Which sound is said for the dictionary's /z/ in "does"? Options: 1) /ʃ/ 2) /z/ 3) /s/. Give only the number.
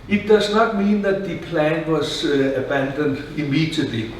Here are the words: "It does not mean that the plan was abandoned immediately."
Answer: 3